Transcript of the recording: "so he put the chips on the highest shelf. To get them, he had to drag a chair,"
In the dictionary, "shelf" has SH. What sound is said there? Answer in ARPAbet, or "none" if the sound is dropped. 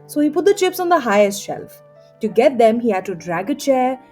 SH